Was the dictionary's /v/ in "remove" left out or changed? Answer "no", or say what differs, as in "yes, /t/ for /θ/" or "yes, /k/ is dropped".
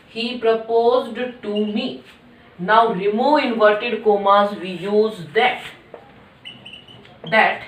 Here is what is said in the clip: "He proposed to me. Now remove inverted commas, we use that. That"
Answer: yes, /v/ is dropped